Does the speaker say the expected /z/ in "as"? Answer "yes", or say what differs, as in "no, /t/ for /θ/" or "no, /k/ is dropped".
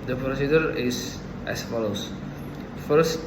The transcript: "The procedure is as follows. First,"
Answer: no, /s/ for /z/